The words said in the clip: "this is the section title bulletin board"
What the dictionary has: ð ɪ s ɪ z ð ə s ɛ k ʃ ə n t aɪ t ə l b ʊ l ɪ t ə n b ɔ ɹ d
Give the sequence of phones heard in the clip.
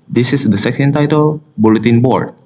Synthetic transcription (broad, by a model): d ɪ s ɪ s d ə s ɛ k ə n t aɪ t ə l b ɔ l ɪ t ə n b ɔ ɹ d